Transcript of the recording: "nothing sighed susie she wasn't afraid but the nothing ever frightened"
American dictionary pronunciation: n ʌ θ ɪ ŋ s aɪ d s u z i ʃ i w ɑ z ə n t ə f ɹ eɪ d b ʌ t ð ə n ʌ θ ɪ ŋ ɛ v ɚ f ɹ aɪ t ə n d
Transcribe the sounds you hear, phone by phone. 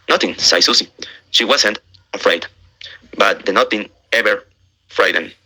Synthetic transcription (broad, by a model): n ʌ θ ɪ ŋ s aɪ s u s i ʃ i w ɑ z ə n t ə f ɹ eɪ d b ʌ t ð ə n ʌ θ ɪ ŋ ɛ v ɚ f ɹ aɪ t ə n